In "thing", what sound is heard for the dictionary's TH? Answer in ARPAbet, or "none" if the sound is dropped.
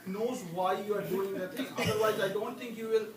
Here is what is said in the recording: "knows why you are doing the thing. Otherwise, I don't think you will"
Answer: T